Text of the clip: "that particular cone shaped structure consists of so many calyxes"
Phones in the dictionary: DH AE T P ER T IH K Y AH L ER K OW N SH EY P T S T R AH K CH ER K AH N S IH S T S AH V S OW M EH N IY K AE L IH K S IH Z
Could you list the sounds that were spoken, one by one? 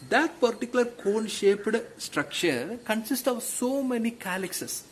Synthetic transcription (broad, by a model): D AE T P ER T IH K Y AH L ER K OW N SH EY P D S T R AH K CH ER K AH N S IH S T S AH V S OW M EH N IY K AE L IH K S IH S